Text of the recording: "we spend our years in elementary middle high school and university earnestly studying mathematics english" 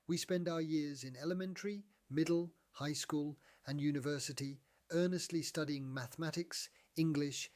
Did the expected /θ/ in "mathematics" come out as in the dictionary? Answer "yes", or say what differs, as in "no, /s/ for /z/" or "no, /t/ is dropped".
yes